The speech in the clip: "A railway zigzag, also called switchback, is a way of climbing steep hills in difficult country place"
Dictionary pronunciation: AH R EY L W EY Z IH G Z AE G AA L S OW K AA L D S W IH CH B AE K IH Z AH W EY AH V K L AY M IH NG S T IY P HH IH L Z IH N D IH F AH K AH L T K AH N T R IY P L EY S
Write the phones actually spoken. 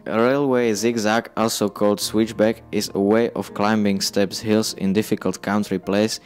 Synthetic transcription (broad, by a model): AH R EY L W EY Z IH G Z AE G AA L S OW K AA L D S W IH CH B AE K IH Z AH W EY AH F K L AY M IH NG S T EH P HH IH L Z IH N D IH F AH K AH L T K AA N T R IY P L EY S